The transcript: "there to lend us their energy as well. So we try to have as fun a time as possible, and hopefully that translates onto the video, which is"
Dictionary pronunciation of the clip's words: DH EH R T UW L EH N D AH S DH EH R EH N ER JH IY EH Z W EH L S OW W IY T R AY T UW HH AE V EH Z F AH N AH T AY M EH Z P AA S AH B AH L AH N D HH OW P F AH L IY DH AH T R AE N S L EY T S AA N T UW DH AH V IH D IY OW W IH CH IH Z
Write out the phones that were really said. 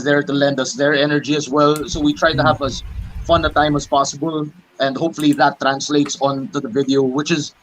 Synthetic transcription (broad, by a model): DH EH R T UW L EH N D AH S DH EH R EH N ER JH IY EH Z W EH L S OW W IY T R AY T UW HH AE V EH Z F AH N AH T AY M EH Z P AA S AH B AH L AH N D HH OW P F AH L IY DH AH T R AE N S L EY T S AA N T UW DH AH V IH D IY OW W IH CH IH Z